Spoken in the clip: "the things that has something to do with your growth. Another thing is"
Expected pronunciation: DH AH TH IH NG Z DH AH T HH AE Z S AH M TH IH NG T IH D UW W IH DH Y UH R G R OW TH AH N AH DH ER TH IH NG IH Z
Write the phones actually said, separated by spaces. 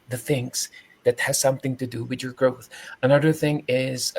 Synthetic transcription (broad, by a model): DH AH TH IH NG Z DH AH T HH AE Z S AH M TH IH NG T IH D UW W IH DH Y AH R G R OW TH AH N AH DH ER TH IH NG IH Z